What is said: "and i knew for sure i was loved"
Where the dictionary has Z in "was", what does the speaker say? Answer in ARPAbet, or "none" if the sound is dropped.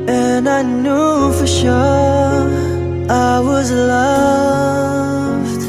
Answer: Z